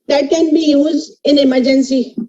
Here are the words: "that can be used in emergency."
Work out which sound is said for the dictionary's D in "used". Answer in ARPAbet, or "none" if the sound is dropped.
none